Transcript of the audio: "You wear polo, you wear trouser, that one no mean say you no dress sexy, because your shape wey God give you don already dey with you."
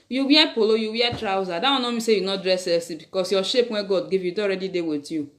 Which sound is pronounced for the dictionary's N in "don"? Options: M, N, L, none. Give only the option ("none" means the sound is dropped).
none